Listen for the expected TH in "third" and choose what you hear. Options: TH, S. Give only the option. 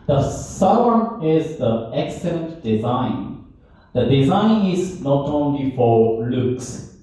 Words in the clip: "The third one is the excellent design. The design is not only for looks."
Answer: S